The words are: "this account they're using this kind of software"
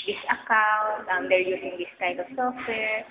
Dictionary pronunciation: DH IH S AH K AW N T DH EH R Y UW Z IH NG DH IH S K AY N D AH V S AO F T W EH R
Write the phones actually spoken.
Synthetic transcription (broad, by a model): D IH S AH K AW N T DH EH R Y UW S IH NG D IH S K AY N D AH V S AO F T W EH R